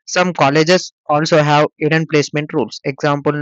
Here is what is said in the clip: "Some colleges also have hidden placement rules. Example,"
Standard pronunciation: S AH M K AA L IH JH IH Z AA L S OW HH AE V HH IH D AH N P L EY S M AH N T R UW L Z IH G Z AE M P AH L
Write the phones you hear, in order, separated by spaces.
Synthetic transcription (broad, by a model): S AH M K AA L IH JH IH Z AA L S OW HH AE V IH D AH N P L EY S M AH N T R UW L S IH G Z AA M P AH L